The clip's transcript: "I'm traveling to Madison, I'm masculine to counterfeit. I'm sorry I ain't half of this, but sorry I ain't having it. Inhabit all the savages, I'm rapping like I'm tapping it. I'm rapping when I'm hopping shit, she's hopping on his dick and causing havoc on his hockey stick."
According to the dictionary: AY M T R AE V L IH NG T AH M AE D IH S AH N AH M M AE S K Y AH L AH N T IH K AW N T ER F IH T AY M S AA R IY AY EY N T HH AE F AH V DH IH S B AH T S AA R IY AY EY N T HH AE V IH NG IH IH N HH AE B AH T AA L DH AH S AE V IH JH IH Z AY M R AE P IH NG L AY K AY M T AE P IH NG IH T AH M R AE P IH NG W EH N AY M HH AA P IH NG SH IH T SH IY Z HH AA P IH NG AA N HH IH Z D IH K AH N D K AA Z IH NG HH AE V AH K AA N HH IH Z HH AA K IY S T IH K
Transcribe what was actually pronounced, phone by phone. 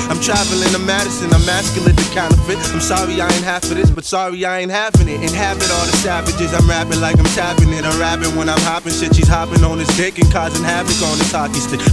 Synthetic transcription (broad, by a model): AY M T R AE V L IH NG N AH M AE D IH S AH N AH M M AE S K Y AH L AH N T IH K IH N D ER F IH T AY M S AA R IY AY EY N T HH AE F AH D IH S B AH T S AA R IY AY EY N HH AE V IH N IH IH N HH AE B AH T AA L DH AH S AE V IH JH IH Z AY M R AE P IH L AY K AY M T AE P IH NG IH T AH R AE IH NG W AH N AY M HH AA P IH NG S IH SH IY Z HH AA P IH NG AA N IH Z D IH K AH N K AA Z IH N HH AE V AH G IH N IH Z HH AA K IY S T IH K